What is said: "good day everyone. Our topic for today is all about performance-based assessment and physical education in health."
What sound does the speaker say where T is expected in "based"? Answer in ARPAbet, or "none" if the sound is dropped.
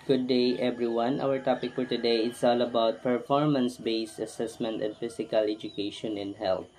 T